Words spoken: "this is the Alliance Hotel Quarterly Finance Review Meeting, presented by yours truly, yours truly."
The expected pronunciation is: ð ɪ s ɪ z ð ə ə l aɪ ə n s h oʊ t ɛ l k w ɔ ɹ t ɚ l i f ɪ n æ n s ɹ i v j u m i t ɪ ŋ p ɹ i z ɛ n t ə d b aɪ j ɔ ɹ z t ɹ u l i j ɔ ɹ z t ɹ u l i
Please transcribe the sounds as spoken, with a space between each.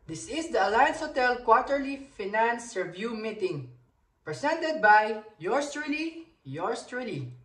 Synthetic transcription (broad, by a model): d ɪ s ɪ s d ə ə l aɪ ə n s h oʊ t ɛ l k w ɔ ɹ t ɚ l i f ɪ n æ n s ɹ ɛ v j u m i t ɪ ŋ p ɹ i s ɛ n t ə d b aɪ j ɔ ɹ s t ɹ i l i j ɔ ɹ s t ɹ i l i